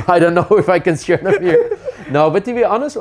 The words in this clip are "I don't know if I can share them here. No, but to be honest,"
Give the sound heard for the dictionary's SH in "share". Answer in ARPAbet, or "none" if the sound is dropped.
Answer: S